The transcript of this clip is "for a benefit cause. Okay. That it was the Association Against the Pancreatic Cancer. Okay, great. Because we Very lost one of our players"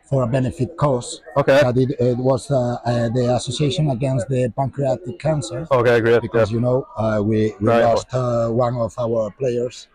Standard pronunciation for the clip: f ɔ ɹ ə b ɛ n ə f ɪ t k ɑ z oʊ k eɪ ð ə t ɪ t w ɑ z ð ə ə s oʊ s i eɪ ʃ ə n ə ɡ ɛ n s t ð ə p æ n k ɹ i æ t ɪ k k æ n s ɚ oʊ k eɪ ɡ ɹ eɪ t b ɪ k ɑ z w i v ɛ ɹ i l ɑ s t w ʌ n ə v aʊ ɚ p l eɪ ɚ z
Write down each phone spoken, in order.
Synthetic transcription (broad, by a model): f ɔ ɹ ə b ɛ n ə f ɪ t k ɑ s oʊ k eɪ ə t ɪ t w ɑ z ð ə ə s oʊ s i eɪ ʃ ə n ə ɡ ɛ n s t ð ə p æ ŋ k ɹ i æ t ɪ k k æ n s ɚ oʊ k eɪ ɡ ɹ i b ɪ k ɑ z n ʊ w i w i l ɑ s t w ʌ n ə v aʊ ɚ p l eɪ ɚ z